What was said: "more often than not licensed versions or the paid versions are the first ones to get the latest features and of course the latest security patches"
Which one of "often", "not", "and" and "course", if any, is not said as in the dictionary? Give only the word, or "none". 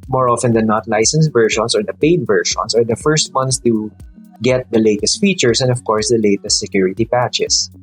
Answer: none